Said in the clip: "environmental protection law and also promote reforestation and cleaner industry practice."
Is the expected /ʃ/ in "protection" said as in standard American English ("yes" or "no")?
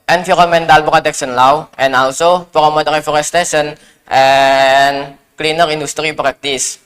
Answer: no